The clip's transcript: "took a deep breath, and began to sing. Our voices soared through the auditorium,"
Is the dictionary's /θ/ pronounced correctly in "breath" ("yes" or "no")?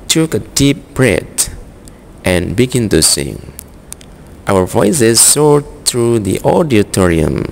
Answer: no